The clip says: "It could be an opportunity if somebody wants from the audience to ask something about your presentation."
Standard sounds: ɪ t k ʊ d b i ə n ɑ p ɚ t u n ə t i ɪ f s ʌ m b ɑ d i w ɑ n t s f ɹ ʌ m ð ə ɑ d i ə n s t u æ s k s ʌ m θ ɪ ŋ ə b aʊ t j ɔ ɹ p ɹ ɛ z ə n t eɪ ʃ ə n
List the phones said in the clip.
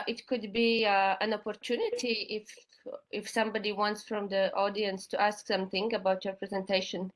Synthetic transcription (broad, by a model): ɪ t k ʊ d b i ə n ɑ p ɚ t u n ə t i ɪ f s ʌ m b ɑ d i w ɑ n t s f ɹ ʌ m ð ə ɑ d i ə n s t u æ s k s ʌ m θ ɪ ŋ ə b aʊ t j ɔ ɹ p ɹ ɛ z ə n t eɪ ʃ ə n